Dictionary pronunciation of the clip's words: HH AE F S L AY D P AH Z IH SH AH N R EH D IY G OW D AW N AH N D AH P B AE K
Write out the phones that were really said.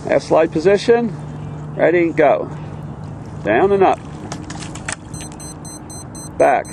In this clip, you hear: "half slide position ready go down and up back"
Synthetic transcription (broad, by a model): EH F S L AY D P AH Z IH SH AH N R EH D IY G OW D AW N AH N AH P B AE K